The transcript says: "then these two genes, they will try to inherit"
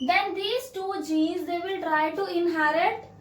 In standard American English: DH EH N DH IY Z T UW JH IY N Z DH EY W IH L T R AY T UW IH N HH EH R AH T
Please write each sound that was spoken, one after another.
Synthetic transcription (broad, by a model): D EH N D IY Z T UW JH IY Z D EY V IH L T R AY T UW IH N HH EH R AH T